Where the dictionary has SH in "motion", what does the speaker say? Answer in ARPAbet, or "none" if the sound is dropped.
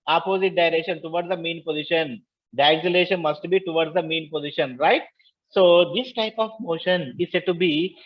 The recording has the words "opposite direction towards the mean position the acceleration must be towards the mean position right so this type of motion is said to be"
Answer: SH